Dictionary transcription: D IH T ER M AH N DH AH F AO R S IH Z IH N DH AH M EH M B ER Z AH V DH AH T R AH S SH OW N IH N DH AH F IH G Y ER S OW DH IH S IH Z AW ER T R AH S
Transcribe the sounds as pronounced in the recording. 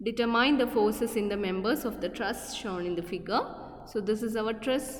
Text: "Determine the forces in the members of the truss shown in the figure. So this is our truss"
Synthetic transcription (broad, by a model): D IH T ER M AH N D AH F AO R S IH S IH N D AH M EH M B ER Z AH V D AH T R AH S SH OW N IH N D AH F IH G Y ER S OW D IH S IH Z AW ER T R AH S